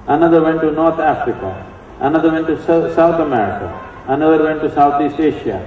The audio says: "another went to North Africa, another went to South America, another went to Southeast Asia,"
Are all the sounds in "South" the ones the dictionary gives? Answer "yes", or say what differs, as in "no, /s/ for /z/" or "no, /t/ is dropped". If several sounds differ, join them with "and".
no, /t/ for /θ/